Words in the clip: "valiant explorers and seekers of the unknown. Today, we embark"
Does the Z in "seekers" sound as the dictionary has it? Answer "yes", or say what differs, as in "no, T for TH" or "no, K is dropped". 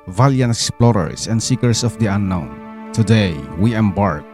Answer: no, S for Z